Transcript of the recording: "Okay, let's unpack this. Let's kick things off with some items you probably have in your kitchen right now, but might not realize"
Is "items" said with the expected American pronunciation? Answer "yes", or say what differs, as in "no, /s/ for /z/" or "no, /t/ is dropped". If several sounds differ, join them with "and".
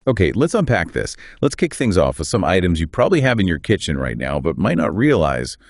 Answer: yes